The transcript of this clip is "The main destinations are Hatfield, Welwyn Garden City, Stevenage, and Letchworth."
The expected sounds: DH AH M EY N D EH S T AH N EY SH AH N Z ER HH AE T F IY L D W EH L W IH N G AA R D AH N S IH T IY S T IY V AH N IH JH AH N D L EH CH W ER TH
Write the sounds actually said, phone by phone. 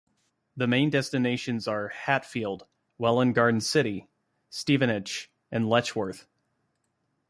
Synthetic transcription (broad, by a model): DH AH M EY N D EH S T AH N EY SH AH N Z ER HH AE T F IY L D W EH L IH N G AA R D N S IH T IY S T IY V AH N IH CH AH N L EH CH W ER TH